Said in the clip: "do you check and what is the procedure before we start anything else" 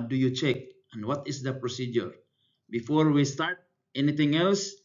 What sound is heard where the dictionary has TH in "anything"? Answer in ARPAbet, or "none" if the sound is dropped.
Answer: T